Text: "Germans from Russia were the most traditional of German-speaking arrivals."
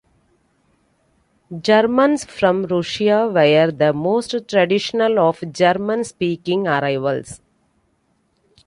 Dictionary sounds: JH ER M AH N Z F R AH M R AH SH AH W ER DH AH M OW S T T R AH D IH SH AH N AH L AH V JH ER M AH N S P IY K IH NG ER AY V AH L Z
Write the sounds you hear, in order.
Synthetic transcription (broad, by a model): JH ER M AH N S F R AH M R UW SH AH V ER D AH M OW S T T R AH D IH SH AH N AH L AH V JH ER M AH N S P IY K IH NG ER AY V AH L S